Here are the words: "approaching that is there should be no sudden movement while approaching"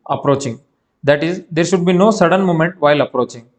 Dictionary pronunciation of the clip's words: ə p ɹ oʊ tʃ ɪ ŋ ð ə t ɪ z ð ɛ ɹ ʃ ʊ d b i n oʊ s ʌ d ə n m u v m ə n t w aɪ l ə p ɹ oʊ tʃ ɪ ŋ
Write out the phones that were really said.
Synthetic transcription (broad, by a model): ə p ɹ oʊ tʃ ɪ ŋ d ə t ɪ z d ɛ ɹ ʃ ʊ d b i n oʊ s ʌ d ə n m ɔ m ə n t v aɪ l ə p ɹ oʊ tʃ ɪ ŋ